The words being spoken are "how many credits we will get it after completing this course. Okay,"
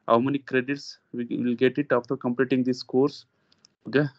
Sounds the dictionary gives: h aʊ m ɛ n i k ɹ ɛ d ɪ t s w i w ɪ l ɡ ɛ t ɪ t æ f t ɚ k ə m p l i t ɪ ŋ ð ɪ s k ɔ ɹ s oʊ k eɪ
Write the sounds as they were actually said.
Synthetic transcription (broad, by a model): h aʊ m ɛ n i k ɹ ɛ d ɪ t s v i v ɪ l ɡ ɛ t ɪ t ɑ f t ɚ k ə m p l i t ɪ ŋ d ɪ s k ɔ ɹ s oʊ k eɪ